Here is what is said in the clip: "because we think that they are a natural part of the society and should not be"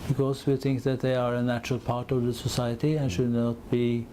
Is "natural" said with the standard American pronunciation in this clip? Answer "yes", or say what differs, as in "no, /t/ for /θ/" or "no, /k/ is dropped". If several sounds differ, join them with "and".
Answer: yes